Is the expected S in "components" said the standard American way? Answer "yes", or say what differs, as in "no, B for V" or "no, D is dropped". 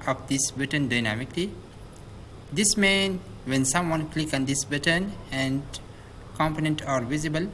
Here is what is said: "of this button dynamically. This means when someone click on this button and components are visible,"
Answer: no, S is dropped